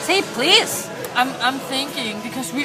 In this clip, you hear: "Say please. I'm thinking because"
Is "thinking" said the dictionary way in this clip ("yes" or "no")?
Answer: yes